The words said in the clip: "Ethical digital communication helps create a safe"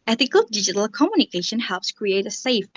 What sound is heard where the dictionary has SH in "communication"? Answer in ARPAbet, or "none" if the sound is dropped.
SH